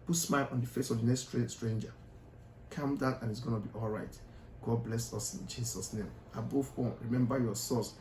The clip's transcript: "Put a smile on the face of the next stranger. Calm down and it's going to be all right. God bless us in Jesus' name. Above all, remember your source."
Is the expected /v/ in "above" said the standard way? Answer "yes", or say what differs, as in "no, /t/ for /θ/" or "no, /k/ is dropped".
no, /b/ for /v/